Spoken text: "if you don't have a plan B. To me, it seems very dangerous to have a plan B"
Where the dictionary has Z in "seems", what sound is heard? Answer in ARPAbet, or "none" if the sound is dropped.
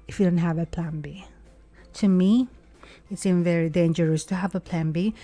none